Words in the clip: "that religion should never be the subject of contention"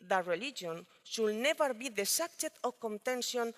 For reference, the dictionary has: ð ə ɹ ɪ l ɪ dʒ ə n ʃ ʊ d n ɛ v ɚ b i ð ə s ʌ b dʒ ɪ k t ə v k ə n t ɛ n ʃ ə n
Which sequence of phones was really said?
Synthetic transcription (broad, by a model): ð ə ɹ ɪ l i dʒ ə n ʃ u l n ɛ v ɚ b i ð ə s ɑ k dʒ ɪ t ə k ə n t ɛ n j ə n